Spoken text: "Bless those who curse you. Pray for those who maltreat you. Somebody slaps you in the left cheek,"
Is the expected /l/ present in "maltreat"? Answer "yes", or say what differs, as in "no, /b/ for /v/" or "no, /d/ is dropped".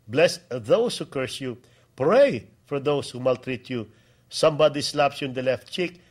yes